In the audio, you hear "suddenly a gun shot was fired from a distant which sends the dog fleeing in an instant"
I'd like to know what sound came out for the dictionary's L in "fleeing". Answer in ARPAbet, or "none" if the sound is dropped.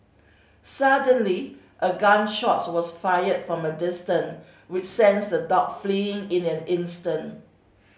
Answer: L